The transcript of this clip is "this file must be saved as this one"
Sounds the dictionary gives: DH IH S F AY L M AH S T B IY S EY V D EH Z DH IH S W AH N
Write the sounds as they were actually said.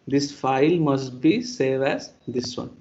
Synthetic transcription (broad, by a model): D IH S F AY L M AH S T B IY S EY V EH Z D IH S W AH N